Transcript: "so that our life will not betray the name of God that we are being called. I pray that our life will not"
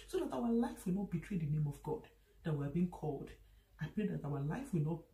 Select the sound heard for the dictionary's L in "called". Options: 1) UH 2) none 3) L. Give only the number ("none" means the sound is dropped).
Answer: 3